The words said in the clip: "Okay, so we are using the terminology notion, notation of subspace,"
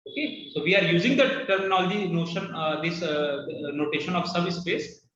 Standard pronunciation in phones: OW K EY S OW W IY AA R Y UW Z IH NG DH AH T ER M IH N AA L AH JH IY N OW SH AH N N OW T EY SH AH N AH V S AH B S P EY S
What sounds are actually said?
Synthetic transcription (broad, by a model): OW K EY S OW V IY AA R Y UW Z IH NG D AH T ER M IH N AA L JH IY N OW SH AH N N OW T EY SH AH N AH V S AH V S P EY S